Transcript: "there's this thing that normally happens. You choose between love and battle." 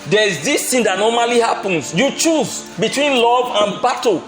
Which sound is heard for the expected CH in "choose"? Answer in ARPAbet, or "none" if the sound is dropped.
CH